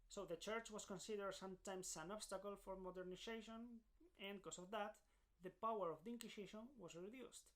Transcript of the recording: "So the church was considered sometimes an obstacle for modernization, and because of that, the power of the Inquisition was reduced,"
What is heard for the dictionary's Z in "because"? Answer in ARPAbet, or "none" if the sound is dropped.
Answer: S